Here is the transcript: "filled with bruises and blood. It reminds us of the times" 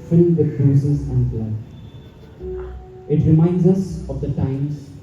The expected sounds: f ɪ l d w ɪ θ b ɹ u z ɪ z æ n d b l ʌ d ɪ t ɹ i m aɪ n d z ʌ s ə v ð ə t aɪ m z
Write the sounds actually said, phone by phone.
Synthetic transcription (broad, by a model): f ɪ l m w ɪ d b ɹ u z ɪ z æ n d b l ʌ ɪ t ɹ i m aɪ n d z ʌ s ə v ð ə t aɪ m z